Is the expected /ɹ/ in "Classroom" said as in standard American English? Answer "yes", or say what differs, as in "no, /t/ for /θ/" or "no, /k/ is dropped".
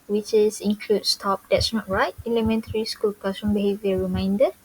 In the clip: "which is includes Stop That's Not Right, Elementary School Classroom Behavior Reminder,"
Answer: no, /ɹ/ is dropped